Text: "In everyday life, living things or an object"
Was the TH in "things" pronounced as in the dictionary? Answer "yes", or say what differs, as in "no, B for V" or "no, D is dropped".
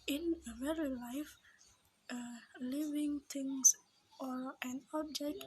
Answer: no, T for TH